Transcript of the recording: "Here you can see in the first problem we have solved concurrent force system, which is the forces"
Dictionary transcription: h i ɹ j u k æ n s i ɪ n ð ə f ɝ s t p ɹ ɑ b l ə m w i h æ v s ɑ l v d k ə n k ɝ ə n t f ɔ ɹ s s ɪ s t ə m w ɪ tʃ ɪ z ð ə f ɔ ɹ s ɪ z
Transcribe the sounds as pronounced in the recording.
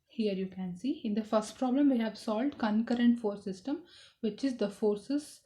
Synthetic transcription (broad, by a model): h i ɹ j u k æ n s i ɪ n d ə f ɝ s t p ɹ ɑ b l ə m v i h æ v s ɑ l v d k ə n k ɝ ə n t f ɔ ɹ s s ɪ s t ə m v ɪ tʃ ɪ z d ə f ɔ ɹ s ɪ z